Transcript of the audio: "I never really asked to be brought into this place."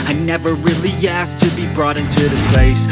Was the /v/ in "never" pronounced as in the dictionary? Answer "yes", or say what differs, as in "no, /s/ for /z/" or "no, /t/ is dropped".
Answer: yes